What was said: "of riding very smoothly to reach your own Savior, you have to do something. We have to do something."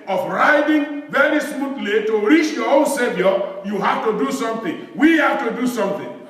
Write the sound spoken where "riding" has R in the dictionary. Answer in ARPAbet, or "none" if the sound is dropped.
R